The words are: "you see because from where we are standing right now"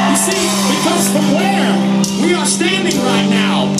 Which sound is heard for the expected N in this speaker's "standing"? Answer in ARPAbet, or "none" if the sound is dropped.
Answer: N